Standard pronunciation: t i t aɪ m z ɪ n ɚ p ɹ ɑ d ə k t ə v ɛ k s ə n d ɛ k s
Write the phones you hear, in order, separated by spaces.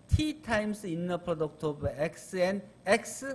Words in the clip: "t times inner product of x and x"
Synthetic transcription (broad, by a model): t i t aɪ m s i n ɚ p ɹ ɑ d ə k t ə b ɛ k s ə n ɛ k s